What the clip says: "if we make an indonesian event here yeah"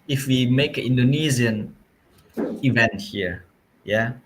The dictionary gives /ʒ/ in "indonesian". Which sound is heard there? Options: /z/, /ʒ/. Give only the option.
/z/